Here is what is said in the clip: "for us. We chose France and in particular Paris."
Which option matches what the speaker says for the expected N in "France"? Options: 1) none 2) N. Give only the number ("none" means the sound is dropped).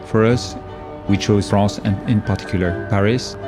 1